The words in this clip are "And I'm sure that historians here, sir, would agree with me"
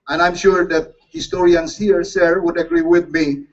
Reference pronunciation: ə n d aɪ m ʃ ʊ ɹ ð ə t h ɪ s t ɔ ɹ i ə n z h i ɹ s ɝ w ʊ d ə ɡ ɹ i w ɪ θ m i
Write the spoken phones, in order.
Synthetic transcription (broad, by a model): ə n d aɪ m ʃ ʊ ɹ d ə t h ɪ s t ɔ ɹ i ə n s h i ɹ s ɝ w ʊ d ə ɡ ɹ i w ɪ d m i